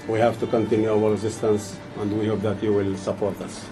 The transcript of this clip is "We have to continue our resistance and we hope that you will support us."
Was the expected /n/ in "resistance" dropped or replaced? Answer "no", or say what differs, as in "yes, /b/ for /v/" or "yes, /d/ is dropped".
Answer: no